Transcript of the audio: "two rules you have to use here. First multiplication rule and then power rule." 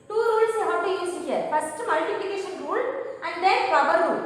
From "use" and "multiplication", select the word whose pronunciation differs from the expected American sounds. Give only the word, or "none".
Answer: use